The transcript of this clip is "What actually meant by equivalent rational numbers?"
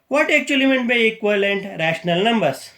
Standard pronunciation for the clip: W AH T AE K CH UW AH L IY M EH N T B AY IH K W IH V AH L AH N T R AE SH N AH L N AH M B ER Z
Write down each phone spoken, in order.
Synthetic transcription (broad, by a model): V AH T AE K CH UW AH L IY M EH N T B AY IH K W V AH L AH N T R AE SH N AH L N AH M B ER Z